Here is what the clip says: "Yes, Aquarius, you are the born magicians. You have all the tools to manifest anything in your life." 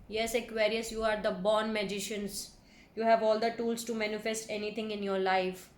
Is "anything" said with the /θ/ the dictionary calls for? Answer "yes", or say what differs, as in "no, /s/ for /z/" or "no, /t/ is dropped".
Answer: no, /t/ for /θ/